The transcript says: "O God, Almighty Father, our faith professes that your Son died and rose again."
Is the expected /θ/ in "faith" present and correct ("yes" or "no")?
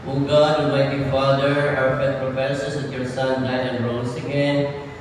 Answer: no